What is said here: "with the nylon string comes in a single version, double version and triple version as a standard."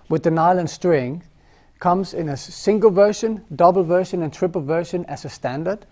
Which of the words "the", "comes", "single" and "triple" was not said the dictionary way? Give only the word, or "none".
none